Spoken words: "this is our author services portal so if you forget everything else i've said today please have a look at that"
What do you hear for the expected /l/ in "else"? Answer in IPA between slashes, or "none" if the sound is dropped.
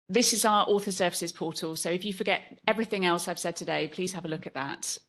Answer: /l/